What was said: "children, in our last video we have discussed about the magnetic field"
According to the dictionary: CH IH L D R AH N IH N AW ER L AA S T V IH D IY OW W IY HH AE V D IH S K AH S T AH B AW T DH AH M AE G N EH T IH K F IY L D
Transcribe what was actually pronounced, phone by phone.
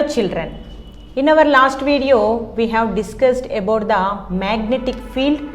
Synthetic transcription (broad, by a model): CH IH L D R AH N IH N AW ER L AA S T V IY D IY OW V IY HH AE V D IH S K AH S T AH B AW T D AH M AE G N EH T IH K F IY L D